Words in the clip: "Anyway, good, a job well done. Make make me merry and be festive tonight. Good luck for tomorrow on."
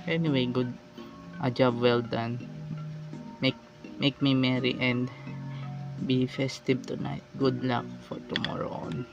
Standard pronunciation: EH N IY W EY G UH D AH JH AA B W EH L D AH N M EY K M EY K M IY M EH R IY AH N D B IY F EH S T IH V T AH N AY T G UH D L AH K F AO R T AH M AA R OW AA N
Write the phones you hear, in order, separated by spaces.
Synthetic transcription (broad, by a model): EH N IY W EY G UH D AH JH AA B W EH L D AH N M EY K M EY K M IY M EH R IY AH N D B IY F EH S T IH B T AH N AY T G UH D L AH K F AO R T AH M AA R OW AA N